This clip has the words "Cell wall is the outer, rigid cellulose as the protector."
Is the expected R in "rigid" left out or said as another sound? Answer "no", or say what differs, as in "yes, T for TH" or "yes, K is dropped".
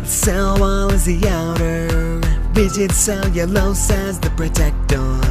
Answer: yes, W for R